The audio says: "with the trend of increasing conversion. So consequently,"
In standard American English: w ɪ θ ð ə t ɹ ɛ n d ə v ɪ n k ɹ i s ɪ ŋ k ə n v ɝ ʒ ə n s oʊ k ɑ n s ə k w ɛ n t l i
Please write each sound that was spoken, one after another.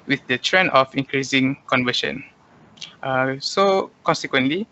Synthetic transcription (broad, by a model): w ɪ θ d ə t ɹ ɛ n ə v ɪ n k ɹ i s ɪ ŋ k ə n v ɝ ʃ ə n s oʊ k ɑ n s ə k w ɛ n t l i